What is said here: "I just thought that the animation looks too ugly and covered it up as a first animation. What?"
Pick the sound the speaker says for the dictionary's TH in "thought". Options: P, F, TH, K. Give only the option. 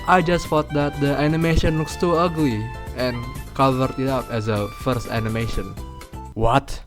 F